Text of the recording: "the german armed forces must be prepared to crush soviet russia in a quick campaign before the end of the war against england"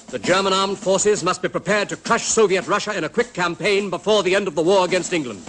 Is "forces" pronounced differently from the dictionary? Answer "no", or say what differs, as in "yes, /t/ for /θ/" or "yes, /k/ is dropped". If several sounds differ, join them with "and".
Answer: no